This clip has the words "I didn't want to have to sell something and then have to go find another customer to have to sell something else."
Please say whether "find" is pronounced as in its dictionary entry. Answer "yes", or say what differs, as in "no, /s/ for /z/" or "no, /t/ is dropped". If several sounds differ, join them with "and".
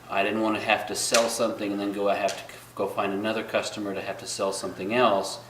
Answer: yes